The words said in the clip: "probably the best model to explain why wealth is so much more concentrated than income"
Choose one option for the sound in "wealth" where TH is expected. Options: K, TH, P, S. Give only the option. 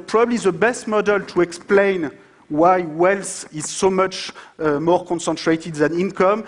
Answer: S